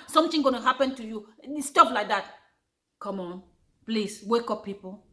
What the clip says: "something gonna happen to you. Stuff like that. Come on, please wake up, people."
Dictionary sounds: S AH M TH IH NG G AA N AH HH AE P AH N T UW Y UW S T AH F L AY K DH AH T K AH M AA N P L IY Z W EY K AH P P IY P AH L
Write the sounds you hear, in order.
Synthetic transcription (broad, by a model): S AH M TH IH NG G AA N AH HH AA P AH N T UW Y UW S T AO P L AY K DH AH T K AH M AA N P L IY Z W EY K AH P P IY P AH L